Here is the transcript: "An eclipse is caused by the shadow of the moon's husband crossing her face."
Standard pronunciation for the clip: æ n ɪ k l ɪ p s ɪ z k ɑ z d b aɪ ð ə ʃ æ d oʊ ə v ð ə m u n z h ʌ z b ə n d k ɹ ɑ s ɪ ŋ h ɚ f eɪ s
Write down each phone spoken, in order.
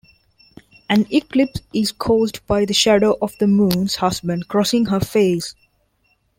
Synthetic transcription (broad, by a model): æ n ɪ k l ɪ p s ɪ z k ɑ z d b aɪ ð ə ʃ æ d oʊ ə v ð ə m u n z h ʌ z b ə n d k ɹ ɑ s ɪ ŋ h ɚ f eɪ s